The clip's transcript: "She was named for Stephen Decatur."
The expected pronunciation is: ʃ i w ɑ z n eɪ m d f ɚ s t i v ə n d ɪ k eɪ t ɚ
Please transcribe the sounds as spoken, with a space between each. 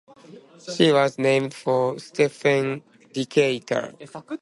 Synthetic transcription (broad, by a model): ʃ i w ɑ z n eɪ m d f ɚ s t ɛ f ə n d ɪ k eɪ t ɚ